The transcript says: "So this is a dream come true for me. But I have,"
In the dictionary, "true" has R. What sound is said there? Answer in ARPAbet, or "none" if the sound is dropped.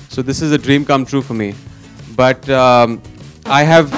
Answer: R